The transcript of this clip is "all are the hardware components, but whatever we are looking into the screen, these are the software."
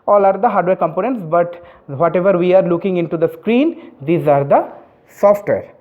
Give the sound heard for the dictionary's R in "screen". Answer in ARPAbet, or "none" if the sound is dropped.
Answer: R